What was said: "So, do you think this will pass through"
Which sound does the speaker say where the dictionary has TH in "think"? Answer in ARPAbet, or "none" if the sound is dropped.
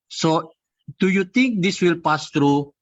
T